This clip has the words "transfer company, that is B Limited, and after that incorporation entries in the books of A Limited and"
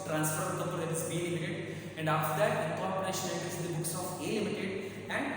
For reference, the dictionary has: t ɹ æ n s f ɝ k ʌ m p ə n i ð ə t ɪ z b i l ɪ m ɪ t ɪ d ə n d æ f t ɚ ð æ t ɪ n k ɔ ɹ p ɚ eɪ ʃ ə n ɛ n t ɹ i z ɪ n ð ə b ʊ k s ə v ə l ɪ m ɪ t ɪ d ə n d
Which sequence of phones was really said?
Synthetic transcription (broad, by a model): t ɹ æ n s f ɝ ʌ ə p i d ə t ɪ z b i l ɪ m ɪ t ɪ d ə n d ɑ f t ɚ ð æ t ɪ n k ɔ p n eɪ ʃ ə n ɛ t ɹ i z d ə b ʊ k s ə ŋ ə l ɪ m ɪ t ɪ d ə n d